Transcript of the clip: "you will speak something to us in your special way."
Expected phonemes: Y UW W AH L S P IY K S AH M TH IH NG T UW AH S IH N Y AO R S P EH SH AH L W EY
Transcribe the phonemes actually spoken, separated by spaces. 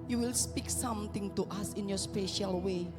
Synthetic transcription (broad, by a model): Y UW W AH L S P IY K S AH M T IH NG T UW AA S IH N Y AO S P EH SH AH L W EY